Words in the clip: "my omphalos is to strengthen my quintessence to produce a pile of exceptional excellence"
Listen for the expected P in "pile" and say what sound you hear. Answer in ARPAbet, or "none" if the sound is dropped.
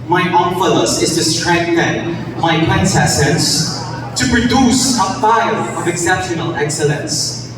F